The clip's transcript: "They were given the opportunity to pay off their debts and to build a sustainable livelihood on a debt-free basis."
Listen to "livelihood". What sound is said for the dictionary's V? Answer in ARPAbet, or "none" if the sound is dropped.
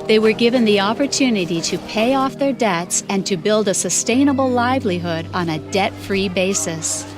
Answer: V